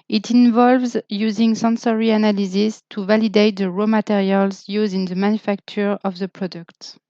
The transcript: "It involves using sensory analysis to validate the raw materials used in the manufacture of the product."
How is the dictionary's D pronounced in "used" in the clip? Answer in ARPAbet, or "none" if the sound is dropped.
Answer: none